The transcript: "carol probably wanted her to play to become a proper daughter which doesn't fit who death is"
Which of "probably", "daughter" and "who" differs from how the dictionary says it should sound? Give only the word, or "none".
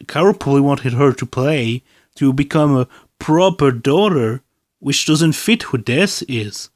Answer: probably